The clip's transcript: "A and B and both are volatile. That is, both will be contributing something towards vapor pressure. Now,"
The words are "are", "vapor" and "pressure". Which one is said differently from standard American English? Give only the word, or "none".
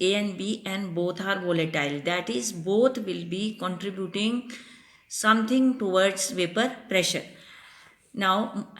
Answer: none